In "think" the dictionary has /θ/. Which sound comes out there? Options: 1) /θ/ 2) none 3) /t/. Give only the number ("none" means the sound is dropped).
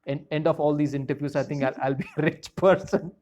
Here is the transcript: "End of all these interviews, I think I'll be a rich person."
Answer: 3